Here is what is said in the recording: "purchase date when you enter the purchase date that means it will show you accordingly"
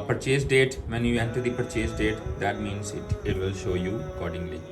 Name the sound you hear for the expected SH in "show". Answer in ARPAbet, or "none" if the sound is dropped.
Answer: SH